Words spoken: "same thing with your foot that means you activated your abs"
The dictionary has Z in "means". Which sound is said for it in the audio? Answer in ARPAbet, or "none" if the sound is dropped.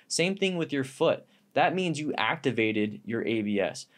Z